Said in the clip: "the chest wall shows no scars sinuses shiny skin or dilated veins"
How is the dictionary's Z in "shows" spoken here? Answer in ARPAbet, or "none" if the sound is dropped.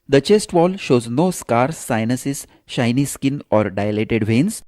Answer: Z